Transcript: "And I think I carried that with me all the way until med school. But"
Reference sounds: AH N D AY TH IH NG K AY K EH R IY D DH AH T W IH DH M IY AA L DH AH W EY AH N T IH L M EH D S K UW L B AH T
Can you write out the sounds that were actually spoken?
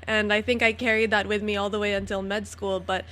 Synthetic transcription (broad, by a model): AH N AY TH IH NG K AY K EH R IY D DH AH T W IH DH M IY AA L DH AH W EY AH N T IH L M EH D S K UW L B AH T